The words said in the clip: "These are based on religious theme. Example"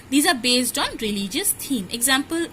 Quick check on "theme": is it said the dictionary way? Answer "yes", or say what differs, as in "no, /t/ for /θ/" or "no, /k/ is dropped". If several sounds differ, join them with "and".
no, /t/ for /θ/